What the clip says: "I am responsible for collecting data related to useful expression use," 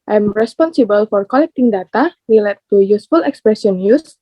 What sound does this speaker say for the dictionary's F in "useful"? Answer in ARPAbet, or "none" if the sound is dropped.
F